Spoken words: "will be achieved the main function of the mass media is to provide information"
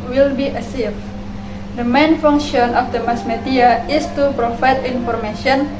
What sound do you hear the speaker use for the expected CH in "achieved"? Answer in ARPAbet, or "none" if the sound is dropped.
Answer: S